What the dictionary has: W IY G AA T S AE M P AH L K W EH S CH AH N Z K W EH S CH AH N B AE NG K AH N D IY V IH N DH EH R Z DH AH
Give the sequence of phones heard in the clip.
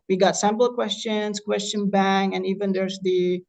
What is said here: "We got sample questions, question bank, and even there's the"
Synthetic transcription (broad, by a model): W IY G AA T S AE M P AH K W EH S CH AH N Z K W EH S CH AH N B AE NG AH N IY V IH N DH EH R Z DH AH